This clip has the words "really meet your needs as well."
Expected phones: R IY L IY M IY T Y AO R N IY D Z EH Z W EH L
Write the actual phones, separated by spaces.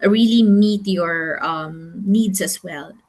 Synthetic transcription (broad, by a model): R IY L IY M IY T Y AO R N IY D S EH S W EH L